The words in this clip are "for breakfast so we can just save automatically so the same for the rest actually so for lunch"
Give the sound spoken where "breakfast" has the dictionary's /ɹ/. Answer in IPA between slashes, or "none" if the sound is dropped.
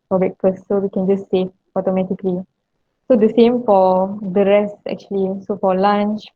none